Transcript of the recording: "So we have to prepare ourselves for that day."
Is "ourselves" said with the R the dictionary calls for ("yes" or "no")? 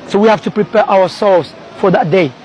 no